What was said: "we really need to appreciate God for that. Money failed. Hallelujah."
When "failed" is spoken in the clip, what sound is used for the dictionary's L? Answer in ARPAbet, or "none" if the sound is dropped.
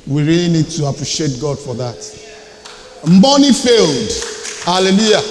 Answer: L